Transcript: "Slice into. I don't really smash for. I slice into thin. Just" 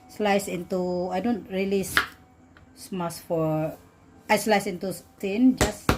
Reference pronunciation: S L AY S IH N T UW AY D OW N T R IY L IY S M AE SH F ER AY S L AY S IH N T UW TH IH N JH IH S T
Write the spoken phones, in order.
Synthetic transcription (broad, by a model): S L AY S IH N T UW AY D OW N T R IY L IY S M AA S F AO AY S L AY S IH N T UW T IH N JH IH S